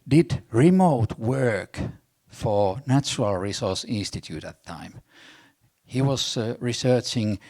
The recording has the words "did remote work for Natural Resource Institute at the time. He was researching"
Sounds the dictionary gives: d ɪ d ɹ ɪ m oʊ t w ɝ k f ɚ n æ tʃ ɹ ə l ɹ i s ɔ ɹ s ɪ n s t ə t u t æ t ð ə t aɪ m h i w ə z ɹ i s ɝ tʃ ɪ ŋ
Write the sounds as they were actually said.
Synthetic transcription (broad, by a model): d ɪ d ɹ ɪ m oʊ t w ɝ k f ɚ n æ tʃ ɹ ə l ɹ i s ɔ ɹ s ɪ n s t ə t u t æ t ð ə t aɪ m h i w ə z ɹ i s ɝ tʃ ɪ ŋ